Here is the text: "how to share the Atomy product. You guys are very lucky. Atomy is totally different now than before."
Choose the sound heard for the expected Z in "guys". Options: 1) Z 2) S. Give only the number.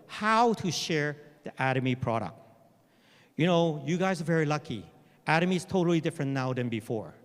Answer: 1